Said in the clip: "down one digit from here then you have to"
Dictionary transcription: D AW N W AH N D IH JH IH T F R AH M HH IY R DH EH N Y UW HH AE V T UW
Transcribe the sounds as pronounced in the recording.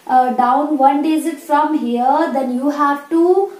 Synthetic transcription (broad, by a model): D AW N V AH N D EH Z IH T F R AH M HH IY R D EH N Y UW HH AE V T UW